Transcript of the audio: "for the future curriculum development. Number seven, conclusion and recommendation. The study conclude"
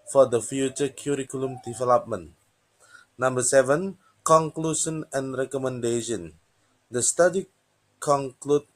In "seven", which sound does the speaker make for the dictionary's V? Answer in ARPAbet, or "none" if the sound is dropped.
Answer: V